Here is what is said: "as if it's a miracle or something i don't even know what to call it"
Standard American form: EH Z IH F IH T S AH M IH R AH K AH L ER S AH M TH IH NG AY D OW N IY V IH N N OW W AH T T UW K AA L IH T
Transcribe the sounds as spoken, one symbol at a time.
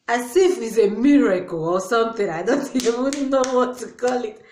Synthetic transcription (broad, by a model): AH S IH F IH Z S AH M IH R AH K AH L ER S AH M TH IH NG AY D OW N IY W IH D N OW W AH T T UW K AA L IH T